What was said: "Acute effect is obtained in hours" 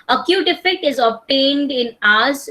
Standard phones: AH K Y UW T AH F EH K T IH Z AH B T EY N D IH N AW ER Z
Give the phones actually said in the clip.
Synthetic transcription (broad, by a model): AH K Y UW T AH F EH K T IH Z AH B T EY N D IH N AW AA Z